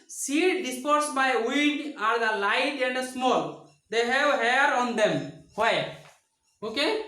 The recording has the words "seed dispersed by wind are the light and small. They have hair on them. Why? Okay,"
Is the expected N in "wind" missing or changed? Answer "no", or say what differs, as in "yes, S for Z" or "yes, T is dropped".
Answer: yes, N is dropped